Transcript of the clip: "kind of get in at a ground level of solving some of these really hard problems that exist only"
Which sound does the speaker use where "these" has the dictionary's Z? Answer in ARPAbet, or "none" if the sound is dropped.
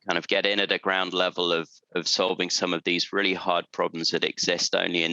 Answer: Z